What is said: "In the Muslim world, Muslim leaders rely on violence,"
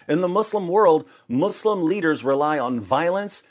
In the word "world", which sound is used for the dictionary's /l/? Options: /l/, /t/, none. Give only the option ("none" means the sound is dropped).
/l/